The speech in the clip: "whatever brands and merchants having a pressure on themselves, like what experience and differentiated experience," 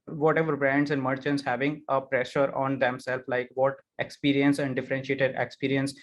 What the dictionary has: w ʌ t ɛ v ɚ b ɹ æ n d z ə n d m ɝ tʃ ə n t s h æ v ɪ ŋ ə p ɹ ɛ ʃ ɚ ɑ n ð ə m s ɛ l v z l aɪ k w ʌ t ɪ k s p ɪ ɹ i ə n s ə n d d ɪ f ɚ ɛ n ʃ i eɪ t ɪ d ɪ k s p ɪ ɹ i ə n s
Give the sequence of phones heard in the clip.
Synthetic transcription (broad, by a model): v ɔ t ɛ v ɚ b ɹ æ n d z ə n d m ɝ tʃ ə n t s h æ v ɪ ŋ ə p ɹ ɛ ʃ ɚ ɑ n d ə m s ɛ l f l aɪ k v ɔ t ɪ k s p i ɹ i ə n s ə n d d ɪ f ɚ ɛ n ʃ i eɪ t ɪ d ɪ k s p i ɹ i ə n s